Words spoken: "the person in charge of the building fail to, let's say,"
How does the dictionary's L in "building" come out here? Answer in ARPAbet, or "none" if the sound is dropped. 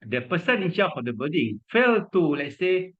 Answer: none